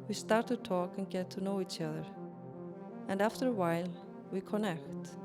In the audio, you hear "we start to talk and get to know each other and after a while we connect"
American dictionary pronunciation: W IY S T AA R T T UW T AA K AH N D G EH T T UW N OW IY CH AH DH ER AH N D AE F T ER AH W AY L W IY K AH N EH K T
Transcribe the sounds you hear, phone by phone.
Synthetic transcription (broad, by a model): W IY S T AA R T T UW T AA K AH N G EH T T UW N OW IY CH AH DH ER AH N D AE F T ER AH W AY L W IY K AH N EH K T